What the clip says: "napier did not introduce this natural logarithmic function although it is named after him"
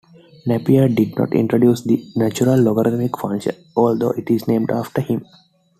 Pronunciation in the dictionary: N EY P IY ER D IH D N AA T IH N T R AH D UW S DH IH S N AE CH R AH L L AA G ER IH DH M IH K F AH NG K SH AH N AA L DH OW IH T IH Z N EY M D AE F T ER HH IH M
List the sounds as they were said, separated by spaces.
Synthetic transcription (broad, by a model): N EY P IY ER D IH D N AA T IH N T R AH D UW S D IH N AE CH R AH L L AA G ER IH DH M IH K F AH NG SH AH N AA L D OW IH T IH Z N EY M D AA F T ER HH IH M